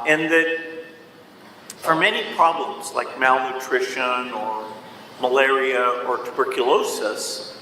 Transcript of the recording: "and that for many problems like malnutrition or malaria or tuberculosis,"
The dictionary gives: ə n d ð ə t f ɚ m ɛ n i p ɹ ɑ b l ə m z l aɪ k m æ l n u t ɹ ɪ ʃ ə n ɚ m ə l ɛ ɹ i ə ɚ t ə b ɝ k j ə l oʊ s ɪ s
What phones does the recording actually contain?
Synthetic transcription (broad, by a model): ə n ð ə t f ɚ m ɛ n i p ɹ ɑ b l ə m z l aɪ k m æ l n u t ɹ ɪ ʃ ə n ɚ m ə l ɛ ɹ i ə ɚ t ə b ɝ k j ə l oʊ s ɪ s